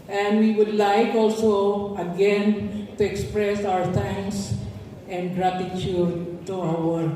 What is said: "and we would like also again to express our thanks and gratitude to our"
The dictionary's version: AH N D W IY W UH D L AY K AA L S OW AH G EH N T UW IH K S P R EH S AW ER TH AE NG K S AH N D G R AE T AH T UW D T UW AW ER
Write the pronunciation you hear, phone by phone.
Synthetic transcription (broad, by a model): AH N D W IY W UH D L AY K AA L S OW AH G EH N T UW IH K S P R EH S AW ER T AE NG K S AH N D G R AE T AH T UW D T UW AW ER